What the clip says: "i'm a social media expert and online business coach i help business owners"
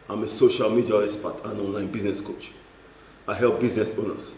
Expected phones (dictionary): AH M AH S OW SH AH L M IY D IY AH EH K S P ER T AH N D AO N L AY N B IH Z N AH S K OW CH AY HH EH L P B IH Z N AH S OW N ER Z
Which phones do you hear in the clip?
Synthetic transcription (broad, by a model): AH M AH S OW SH AH L M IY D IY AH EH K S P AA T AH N AO N L AY N B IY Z N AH S K OW CH AY HH EH L P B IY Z N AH S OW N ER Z